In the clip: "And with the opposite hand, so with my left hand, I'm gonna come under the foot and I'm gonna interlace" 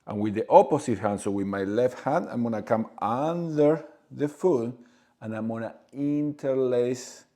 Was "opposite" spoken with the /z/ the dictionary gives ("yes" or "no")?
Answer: no